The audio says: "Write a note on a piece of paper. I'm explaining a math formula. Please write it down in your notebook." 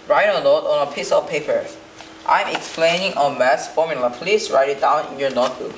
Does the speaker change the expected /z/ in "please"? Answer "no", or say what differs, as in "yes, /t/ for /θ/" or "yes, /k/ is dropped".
yes, /s/ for /z/